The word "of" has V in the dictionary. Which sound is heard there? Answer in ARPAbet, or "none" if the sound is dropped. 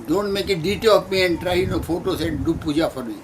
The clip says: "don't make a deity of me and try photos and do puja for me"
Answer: P